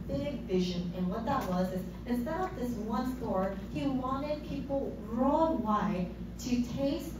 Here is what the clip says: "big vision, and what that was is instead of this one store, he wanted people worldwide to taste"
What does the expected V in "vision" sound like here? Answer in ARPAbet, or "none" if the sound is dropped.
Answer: V